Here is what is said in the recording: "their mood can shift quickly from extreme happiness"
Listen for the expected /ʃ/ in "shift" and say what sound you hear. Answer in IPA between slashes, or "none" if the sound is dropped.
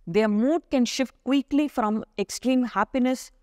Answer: /ʃ/